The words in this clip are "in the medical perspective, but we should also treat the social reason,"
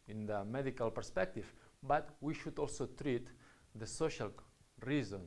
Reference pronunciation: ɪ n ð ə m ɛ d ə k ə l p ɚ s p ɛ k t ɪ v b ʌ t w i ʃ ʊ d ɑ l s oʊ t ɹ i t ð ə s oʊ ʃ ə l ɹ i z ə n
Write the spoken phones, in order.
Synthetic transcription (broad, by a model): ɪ n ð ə m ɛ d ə k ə l p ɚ s p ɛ k t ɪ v b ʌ t w i ʃ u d ɑ l s oʊ t ɹ i t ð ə s oʊ ʃ ə l ɹ i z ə n